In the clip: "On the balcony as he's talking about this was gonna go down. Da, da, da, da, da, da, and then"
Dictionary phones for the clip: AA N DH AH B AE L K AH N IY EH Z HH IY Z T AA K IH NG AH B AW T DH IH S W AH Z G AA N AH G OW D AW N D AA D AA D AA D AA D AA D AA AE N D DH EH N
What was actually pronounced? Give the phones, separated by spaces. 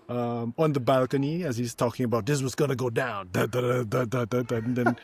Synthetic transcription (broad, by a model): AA N DH AH B AE L K AH N IY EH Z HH IY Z T AA K IH NG AH B AW T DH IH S W AH Z G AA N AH G OW D AW N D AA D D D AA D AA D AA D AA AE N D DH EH N